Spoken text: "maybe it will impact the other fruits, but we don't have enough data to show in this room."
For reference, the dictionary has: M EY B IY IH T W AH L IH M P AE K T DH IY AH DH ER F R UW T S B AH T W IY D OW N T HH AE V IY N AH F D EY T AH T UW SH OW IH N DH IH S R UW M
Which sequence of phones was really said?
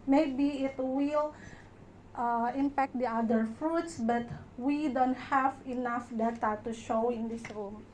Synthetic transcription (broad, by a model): M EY B IY IH T W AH L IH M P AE K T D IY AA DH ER F R UW T S B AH T W IY D OW N T HH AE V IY N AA F D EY T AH T UW SH OW IH N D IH S R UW M